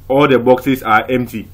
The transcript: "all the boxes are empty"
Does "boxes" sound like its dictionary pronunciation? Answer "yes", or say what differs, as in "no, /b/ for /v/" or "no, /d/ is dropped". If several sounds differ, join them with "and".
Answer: no, /s/ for /z/